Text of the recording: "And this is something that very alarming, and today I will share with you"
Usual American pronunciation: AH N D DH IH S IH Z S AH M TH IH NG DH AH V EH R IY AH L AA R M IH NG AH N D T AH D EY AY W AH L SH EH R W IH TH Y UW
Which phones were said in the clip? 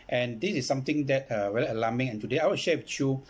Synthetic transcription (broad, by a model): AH N D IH S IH S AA M T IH NG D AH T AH W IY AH L AA M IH NG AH N T AH D EY AY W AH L SH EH W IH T Y UW